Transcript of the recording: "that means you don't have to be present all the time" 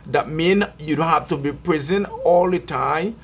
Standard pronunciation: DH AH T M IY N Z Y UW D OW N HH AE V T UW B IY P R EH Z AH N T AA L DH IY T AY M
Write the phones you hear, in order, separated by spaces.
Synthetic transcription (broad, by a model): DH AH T M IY N Y UW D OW HH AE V T UW B IY P R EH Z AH N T AA L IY T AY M